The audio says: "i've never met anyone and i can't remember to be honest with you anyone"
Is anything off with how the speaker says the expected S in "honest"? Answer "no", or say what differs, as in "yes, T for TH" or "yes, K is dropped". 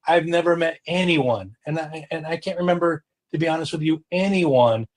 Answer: no